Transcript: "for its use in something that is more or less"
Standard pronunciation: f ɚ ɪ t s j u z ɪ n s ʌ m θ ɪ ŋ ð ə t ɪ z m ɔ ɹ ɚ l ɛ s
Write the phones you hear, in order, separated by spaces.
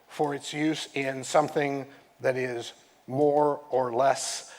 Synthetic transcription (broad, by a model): f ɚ ɪ t s j u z ɪ n s ʌ m θ ɪ ŋ ð ə t ɪ z m ɔ ɹ ɚ l ɛ s